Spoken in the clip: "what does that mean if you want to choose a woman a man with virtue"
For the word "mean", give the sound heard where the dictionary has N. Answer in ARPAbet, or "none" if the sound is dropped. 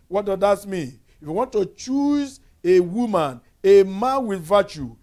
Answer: N